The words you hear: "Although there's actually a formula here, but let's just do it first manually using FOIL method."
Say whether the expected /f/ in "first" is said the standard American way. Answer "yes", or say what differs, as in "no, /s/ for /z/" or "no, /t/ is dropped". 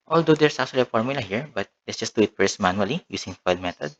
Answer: no, /p/ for /f/